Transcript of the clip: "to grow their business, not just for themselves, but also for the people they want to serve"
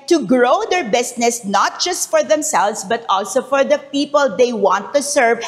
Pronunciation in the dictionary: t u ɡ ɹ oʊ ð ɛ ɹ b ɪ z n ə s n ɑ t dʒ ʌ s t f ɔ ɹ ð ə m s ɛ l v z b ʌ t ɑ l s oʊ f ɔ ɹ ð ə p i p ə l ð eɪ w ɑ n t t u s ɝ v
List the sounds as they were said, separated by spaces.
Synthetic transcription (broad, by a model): t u ɡ ɹ oʊ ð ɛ ɹ b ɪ s n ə s n ɑ t dʒ ʌ s t f ɔ ɹ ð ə m s ɛ l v s b ʌ t ɑ l s oʊ f ɔ ɹ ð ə p i p ə l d eɪ w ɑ n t t u s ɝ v